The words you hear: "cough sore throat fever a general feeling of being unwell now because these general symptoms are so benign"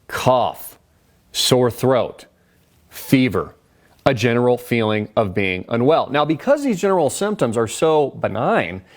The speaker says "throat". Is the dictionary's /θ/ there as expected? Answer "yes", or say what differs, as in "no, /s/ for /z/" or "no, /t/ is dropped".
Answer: yes